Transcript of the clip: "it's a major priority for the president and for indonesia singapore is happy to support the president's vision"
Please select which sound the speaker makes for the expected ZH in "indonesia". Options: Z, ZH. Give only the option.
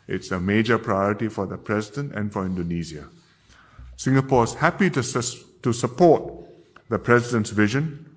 Z